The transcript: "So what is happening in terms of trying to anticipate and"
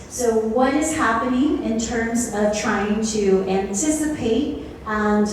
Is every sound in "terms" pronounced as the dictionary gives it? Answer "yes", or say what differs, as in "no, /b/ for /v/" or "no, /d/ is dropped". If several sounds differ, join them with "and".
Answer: yes